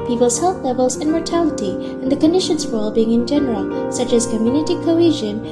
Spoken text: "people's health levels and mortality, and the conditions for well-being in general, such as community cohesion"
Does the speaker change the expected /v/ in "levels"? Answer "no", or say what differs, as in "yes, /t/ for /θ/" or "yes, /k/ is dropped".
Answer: no